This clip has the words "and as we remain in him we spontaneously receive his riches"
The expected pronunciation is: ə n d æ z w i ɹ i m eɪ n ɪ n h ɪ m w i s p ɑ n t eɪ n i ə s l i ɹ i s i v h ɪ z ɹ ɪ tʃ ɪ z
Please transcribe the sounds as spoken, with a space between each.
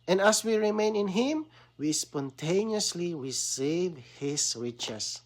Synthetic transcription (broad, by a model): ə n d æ s w i ɹ i m eɪ n ɪ n h ɪ m w i s p ɑ n t eɪ n i ə s l i ɹ i s i v h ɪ s ɹ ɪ tʃ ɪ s